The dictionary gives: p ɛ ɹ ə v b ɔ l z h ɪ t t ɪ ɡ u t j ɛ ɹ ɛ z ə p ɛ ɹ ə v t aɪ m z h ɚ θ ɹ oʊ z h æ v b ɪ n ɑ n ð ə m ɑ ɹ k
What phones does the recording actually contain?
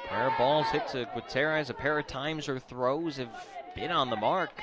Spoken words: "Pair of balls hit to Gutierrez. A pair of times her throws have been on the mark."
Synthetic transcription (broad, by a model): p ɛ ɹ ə b ɔ l z h ɪ t s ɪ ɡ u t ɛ ɹ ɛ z ə p ɛ ɹ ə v t aɪ m z ɚ θ ɹ oʊ z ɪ v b ɪ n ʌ n ð ə m ɑ ɹ k